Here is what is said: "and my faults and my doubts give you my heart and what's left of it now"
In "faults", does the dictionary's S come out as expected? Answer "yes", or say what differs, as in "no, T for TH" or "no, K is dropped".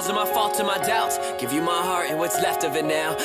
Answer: no, S is dropped